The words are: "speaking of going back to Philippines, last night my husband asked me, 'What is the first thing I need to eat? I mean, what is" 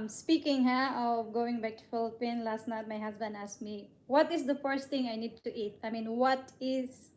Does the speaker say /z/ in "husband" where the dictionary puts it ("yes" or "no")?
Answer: no